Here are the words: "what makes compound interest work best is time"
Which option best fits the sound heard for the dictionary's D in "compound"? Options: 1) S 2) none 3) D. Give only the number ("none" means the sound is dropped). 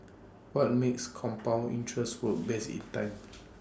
2